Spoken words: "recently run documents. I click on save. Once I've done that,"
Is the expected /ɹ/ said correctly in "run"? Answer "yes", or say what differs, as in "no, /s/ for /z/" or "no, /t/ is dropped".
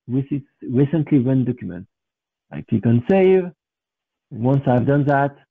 no, /w/ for /ɹ/